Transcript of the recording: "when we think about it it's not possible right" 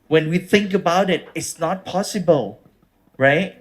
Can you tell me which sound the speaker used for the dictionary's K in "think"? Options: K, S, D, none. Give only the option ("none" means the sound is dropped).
K